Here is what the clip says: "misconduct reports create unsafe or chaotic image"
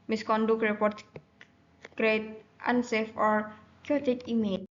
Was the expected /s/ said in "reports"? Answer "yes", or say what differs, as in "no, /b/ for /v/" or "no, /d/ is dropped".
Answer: no, /s/ is dropped